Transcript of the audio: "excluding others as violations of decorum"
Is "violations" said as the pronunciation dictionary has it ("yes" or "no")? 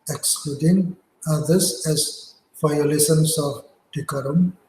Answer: no